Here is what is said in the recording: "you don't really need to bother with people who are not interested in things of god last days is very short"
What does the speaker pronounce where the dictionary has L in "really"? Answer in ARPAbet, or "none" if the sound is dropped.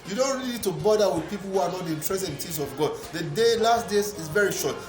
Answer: none